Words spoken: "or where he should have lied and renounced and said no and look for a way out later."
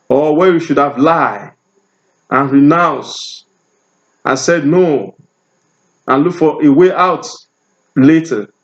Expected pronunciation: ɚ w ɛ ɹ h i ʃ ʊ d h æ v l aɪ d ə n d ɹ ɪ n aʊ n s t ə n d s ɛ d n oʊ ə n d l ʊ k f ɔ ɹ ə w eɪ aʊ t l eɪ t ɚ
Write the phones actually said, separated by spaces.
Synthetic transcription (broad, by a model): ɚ w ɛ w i ʃ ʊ d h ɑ v l aɪ ə n ɹ ɪ n aʊ n s t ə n s ɛ d n oʊ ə n l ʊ k f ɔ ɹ ə w eɪ aʊ t l eɪ t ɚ